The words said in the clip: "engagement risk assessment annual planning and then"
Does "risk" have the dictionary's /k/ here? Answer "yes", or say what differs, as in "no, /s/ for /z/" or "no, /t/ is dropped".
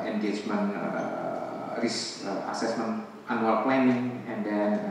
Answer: no, /k/ is dropped